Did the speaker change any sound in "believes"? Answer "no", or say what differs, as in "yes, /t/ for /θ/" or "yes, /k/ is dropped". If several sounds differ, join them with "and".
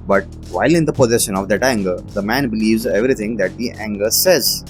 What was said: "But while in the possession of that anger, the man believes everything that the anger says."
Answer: no